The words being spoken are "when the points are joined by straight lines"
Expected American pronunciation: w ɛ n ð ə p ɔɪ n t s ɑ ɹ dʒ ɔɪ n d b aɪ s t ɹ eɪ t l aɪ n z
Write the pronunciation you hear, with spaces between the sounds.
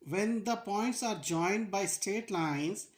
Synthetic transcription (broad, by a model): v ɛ n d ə p ɔɪ n t s ɑ ɹ dʒ ɔɪ n d b aɪ s t eɪ t l aɪ n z